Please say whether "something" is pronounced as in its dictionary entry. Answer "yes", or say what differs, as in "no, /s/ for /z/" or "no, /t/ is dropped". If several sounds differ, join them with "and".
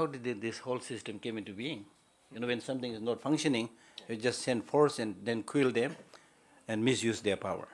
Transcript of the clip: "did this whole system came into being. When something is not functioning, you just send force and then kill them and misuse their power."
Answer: no, /t/ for /θ/